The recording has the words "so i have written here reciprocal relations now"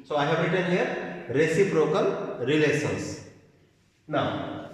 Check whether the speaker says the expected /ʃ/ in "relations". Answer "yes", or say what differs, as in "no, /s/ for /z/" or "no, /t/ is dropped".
no, /s/ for /ʃ/